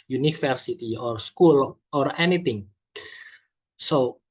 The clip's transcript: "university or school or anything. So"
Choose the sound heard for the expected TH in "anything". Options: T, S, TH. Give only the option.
T